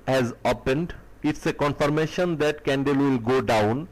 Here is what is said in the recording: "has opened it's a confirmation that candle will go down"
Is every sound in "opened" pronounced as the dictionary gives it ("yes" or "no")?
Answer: yes